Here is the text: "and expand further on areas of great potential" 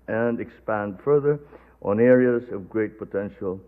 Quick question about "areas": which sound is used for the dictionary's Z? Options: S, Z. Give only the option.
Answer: Z